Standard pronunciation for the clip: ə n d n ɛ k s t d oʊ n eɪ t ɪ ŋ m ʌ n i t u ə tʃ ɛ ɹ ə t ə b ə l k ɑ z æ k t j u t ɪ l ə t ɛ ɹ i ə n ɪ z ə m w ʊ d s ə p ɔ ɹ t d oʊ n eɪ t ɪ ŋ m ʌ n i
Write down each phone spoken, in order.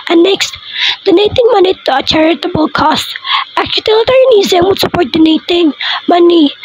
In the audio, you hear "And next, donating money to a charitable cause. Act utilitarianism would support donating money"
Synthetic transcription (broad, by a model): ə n n ɛ k s t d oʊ n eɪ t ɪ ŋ m ʌ n i t u ə tʃ ɛ ɹ ə t ə b ə l k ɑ s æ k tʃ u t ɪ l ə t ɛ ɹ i n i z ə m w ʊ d s ə p ɔ ɹ t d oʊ n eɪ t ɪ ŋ m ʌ n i